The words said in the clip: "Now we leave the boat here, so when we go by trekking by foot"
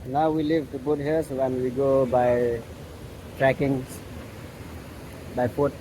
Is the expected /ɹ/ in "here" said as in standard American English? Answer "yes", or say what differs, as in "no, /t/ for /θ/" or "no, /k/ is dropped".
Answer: no, /l/ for /ɹ/